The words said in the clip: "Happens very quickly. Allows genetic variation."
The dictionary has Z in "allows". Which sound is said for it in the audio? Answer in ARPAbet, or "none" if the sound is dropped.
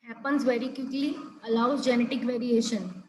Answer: none